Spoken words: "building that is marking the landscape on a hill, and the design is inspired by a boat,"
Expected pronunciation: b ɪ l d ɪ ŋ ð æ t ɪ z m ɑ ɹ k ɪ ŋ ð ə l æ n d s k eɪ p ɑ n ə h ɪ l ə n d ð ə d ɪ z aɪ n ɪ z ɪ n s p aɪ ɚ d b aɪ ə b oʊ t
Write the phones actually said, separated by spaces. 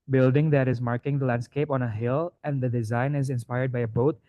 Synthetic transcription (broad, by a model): b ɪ l d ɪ ŋ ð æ t ɪ z m ɑ ɹ k ɪ ŋ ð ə l æ n d s k eɪ p ɑ n ə h ɪ l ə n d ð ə d ɪ z aɪ n ɪ z ɪ n s p aɪ ɚ d b aɪ ə b oʊ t